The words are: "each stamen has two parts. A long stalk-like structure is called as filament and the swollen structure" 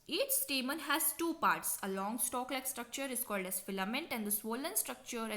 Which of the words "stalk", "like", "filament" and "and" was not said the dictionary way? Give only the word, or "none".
none